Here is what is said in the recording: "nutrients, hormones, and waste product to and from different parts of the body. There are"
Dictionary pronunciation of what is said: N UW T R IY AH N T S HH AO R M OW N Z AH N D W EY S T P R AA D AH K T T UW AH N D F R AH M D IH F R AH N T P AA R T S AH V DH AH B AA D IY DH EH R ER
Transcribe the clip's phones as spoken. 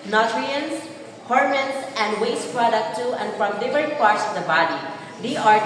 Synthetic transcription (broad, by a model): N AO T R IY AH N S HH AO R M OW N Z AH N D W EY S T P R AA D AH K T T UW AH N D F R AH M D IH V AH T P AA R T S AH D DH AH B AA D IY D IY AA